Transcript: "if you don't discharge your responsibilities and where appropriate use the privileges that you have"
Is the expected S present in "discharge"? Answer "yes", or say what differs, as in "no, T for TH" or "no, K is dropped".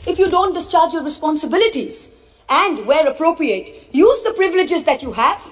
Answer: yes